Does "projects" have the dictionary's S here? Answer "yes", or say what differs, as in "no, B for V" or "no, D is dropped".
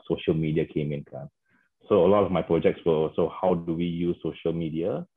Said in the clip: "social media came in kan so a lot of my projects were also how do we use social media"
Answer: yes